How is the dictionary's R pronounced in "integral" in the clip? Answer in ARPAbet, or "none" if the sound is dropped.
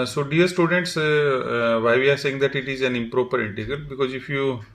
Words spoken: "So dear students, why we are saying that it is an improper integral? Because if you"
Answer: none